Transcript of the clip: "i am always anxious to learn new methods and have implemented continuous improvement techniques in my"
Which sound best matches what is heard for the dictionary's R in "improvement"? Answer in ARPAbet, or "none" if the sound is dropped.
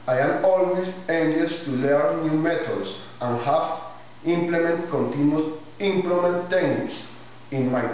L